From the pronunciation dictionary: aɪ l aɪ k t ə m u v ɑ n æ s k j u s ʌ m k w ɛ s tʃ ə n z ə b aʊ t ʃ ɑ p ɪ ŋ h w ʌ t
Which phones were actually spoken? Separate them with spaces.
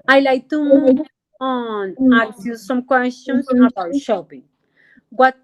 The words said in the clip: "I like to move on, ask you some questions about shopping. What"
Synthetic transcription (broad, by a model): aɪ l aɪ k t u ɑ n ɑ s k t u s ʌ m k w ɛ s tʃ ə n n ə b aʊ t ʃ ɑ p ɪ ŋ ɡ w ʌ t